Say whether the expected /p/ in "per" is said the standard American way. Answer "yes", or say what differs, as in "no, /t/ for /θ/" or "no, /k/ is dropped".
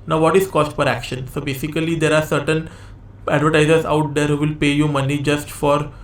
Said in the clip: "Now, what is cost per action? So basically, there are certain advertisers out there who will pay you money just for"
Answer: no, /f/ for /p/